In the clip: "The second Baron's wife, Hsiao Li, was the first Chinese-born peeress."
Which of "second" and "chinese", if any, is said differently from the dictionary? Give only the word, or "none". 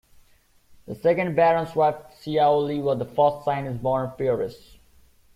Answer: chinese